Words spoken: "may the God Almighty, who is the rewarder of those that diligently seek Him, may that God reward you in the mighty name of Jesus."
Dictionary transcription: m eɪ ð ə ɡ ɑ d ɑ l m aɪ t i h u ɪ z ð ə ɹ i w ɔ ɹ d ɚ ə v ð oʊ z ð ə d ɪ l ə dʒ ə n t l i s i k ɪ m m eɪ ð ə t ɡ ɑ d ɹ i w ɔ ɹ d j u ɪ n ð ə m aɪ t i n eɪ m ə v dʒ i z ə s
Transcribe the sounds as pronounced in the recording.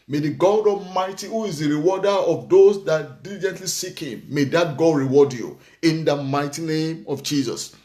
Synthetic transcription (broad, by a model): m eɪ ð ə ɡ ɑ d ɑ m aɪ t i h u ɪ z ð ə ɹ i w ɔ d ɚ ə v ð oʊ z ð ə d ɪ l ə dʒ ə n t l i s i k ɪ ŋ m eɪ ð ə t ɡ ɑ d ɹ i w ɔ d j u ɪ n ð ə m aɪ t i n eɪ m ə v dʒ i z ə s